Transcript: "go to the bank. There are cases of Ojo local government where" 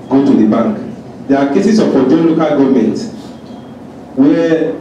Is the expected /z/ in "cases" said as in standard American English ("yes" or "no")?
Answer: no